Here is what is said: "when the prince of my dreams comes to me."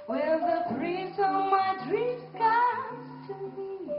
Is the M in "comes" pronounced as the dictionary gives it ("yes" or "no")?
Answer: no